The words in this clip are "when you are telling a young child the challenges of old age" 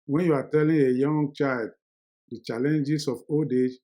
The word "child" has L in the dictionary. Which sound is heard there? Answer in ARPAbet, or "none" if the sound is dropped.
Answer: L